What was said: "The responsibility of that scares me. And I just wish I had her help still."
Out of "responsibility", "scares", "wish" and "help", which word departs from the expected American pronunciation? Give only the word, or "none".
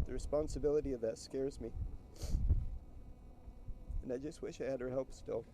none